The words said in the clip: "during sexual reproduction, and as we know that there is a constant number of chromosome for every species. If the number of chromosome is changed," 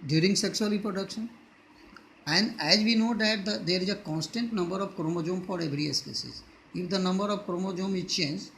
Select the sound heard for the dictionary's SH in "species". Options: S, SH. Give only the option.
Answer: S